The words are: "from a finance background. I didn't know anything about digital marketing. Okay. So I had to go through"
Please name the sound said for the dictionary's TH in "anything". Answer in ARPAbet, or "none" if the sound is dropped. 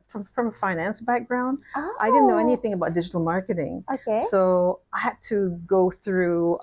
TH